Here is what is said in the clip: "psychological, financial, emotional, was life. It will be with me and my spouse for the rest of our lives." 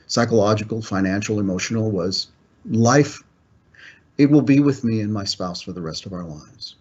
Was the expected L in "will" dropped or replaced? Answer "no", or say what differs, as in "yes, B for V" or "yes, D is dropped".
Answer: no